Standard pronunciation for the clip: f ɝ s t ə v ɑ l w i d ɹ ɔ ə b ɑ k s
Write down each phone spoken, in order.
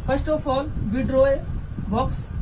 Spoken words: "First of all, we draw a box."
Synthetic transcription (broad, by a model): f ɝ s t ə p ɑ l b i d ɹ ɔ ə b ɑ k s